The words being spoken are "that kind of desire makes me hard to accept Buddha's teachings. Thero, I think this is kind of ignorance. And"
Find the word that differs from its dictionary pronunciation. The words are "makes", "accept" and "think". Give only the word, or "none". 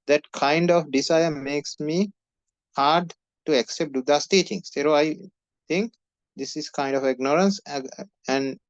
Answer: think